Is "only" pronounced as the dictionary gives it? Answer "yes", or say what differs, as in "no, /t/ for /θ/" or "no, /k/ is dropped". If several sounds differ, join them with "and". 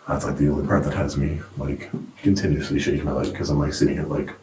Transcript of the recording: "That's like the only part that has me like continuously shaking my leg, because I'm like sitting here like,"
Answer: no, /n/ is dropped